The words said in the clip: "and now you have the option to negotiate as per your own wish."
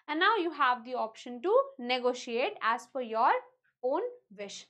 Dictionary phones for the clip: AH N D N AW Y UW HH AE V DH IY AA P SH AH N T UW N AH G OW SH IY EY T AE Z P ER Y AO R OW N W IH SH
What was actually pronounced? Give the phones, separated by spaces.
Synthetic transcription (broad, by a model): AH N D N AW Y UW HH AE V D IY AA P SH AH N T UW N AH G OW SH IY EY T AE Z F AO Y AO R OW N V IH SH